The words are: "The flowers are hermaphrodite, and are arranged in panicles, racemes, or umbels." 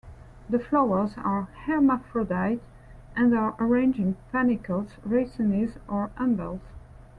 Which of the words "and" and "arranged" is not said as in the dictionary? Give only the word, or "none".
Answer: arranged